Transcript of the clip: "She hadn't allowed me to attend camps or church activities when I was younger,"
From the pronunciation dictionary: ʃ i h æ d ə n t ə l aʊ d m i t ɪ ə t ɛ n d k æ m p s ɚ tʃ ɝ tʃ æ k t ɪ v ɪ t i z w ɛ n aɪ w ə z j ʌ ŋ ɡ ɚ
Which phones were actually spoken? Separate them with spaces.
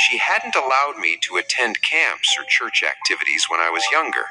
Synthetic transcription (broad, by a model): ʃ i h æ d n t ə l aʊ d m i t ɪ ə t ɛ n d k æ m p s ɚ tʃ ɝ tʃ æ k t ɪ v ɪ t i z w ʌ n aɪ w ə z j ʌ ŋ ɡ ɚ